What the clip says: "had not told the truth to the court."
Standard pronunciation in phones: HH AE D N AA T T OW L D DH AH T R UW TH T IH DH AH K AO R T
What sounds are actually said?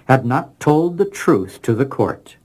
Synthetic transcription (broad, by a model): HH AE D N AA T T OW L D DH AH T R UW TH T IH DH AH K AO R T